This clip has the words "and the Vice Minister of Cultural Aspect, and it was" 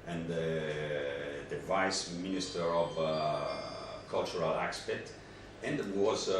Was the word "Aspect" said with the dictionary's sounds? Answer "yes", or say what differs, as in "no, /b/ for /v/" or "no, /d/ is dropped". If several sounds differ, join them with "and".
no, /k/ is dropped